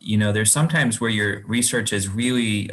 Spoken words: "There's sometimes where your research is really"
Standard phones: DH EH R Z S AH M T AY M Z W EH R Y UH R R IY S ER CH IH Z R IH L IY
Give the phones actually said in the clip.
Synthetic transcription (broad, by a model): DH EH R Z S AH M T AY M Z W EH R Y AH R R IY S ER CH IH Z R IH L IY